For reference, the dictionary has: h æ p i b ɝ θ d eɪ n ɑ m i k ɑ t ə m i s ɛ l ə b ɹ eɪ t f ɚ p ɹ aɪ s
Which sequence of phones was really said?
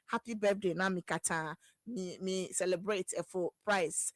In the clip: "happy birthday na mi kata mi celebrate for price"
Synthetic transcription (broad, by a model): h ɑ p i b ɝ f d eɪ n ɑ m i k ɑ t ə m i s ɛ l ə b ɹ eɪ t f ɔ p ɹ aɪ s